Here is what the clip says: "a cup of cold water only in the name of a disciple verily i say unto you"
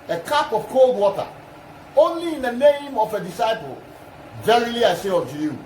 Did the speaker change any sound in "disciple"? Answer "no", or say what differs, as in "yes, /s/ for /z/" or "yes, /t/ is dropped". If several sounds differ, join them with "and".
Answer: no